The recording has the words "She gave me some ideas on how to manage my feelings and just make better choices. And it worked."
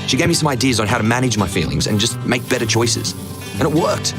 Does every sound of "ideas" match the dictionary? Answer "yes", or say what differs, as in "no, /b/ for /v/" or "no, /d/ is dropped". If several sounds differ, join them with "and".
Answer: yes